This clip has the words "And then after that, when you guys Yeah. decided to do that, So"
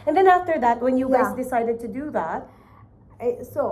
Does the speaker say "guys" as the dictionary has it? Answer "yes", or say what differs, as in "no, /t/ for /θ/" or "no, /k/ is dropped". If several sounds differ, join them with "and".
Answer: yes